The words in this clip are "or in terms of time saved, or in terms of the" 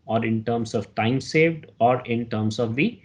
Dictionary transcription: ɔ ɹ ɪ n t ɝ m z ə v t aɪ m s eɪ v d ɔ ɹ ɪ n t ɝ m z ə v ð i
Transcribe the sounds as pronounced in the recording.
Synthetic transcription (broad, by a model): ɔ ɹ ɪ n t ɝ m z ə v t aɪ m s eɪ v d ɔ ɹ ɪ n t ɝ m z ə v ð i